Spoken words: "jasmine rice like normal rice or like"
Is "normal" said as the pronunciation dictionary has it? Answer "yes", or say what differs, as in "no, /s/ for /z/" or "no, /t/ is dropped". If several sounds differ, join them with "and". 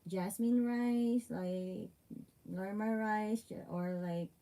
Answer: no, /l/ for /n/